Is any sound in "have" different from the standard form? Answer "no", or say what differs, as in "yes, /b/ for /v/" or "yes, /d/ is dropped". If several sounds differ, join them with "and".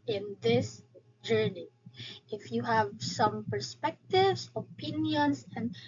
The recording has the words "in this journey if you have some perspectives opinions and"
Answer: no